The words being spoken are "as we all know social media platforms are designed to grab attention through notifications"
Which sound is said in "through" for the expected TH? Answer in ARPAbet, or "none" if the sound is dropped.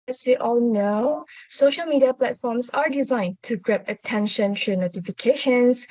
T